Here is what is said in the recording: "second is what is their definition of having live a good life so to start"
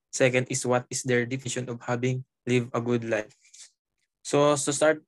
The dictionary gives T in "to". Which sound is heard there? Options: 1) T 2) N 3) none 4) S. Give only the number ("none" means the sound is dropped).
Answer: 4